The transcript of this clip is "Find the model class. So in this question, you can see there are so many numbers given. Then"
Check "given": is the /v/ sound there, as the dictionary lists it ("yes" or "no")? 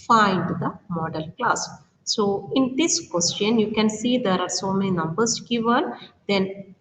yes